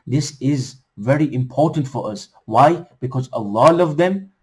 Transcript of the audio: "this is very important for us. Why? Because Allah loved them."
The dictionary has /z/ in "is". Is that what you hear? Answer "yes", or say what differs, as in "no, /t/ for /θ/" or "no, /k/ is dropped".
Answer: yes